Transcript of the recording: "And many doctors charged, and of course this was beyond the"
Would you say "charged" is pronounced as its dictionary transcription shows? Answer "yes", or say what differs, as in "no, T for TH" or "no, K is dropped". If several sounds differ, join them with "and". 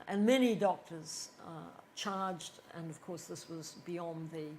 yes